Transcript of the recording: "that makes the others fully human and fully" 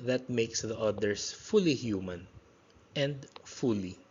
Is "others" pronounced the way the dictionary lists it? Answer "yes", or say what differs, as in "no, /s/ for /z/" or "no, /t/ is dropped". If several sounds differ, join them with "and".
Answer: no, /s/ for /z/